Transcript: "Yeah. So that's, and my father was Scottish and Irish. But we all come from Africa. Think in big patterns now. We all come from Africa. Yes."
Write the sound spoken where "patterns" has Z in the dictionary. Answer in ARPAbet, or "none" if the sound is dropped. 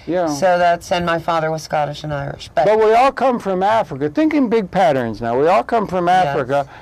Z